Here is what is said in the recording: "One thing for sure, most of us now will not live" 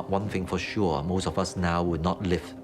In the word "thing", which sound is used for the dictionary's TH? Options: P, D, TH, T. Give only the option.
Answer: TH